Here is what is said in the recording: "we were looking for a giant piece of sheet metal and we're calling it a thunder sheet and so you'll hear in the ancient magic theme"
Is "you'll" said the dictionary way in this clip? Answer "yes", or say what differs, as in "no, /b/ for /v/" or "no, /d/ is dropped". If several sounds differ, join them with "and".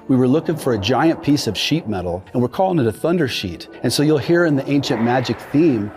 yes